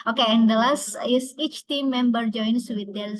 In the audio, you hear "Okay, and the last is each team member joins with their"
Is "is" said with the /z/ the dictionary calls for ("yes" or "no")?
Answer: no